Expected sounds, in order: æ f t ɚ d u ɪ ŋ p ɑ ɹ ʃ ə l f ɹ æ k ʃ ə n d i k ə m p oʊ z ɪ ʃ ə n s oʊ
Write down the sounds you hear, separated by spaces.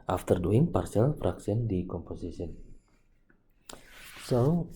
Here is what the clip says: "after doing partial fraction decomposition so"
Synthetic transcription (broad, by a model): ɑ f t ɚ d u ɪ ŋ p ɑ ɹ s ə l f ɹ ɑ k s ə n d i k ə m p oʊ s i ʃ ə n s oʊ